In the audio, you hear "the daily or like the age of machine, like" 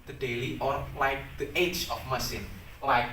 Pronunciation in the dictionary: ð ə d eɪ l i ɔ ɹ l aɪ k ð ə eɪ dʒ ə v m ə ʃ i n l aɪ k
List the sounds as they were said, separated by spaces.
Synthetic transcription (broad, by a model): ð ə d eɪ l i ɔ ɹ l aɪ k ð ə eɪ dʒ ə f m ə s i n l aɪ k